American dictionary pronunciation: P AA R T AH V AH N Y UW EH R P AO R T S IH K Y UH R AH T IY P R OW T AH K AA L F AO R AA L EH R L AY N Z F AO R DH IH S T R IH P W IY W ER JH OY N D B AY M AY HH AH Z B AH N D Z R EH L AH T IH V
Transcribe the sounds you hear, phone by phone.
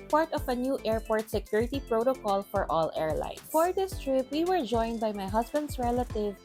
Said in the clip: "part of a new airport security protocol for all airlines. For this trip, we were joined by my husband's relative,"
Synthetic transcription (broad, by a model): P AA R T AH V AH N Y UW EH R P AO R T S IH K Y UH R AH T IY P R OW T AH K AA L F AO R AA L EH R L AY N F AO R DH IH S T R IH P W IY W ER JH OY N D B AY M AY HH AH S B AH N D S R EH L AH T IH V